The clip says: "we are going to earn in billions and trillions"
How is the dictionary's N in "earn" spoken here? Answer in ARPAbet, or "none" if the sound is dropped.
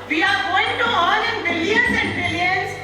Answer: L